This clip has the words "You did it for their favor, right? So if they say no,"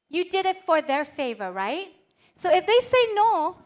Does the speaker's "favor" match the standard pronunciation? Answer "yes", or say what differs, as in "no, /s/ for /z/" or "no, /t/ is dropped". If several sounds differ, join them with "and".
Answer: yes